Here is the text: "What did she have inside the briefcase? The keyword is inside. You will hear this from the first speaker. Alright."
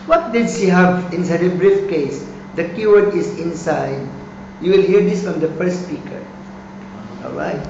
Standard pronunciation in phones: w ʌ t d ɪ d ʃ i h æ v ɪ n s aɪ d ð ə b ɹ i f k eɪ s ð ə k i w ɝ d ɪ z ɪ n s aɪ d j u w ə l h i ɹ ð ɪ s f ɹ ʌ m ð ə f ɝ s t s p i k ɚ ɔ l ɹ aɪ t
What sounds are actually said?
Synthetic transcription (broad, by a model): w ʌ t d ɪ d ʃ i h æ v ɪ n s aɪ d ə b ɹ i f k eɪ s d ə k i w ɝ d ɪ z ɪ n s aɪ d j u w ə l h i ɹ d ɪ s f ɹ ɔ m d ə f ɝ t s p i k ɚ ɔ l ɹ aɪ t